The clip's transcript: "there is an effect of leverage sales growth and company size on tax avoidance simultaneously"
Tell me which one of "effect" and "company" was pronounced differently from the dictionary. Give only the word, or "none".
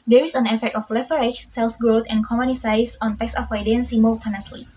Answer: company